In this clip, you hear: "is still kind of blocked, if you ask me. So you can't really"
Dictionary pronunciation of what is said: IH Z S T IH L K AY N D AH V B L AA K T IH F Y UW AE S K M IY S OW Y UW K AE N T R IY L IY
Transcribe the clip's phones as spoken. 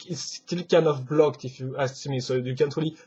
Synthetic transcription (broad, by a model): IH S T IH L K AY N D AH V B L AA K T IH F Y UW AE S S M IY S OW Y UW K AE N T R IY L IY